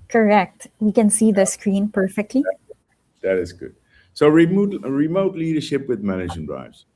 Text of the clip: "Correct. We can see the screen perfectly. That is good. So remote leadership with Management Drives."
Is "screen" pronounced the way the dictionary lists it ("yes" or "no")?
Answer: yes